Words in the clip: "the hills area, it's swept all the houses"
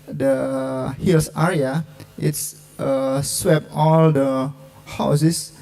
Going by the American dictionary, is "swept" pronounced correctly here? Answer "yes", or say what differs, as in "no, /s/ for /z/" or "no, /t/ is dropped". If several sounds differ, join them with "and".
no, /t/ is dropped